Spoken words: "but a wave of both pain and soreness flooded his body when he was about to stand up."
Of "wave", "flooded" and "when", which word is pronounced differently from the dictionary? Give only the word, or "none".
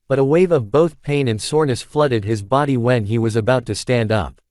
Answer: none